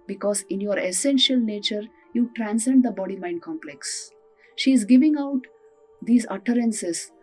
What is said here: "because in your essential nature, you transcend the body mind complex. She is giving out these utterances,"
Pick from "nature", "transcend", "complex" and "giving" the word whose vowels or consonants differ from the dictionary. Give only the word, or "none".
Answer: none